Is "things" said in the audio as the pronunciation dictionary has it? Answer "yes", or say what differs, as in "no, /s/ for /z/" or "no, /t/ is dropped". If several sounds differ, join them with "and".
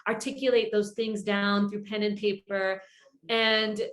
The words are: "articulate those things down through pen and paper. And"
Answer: yes